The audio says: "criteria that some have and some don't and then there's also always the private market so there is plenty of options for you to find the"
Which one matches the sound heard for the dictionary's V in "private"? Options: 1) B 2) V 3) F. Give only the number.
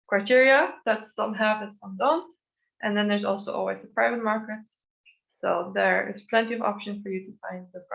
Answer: 2